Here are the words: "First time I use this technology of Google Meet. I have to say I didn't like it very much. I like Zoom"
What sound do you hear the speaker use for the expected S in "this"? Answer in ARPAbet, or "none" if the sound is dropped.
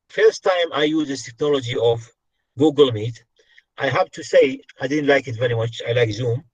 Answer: none